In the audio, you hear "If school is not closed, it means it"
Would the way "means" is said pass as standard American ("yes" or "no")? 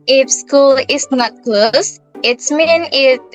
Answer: no